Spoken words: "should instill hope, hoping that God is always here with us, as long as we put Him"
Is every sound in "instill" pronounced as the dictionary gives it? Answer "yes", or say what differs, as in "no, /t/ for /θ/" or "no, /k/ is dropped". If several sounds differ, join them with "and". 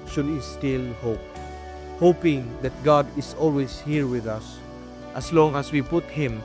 no, /n/ is dropped